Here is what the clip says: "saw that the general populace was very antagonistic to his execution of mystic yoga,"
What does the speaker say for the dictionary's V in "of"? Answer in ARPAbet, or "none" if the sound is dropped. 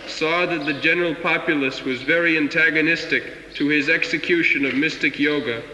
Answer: V